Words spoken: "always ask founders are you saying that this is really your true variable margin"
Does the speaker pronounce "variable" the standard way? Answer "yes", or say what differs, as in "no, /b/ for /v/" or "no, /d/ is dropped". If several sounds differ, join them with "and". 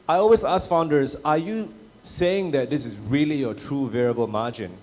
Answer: yes